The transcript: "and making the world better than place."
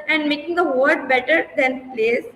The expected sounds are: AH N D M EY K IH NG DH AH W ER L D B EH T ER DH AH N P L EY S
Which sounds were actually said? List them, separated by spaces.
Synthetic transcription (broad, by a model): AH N D M EY K IH NG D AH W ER D B EH T ER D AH N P L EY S